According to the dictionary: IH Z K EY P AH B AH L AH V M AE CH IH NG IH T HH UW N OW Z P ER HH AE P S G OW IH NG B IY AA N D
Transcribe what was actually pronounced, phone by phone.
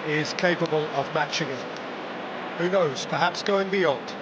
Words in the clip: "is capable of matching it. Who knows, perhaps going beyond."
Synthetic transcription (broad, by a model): IH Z K EY P AH B AH L AH V M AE CH IH NG IH T HH UW N OW Z P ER HH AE P S G OW IH NG B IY AA N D